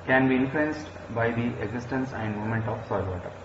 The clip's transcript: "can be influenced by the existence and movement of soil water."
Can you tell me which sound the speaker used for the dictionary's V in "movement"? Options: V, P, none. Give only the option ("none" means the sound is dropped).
none